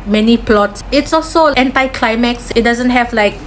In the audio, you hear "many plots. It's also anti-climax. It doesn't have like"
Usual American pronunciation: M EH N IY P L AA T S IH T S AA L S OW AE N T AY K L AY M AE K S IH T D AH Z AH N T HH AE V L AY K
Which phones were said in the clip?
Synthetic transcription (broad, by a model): M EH N IY P L AA T S IH T S AA L S OW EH N T AY K L AY M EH K S IH T D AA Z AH N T HH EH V L AY K